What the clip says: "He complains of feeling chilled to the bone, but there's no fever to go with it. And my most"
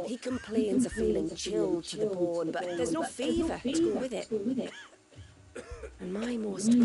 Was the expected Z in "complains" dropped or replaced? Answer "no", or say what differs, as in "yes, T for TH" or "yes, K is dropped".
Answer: no